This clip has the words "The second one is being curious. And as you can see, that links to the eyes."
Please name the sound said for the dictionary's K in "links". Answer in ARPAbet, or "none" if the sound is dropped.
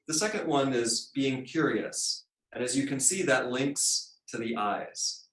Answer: K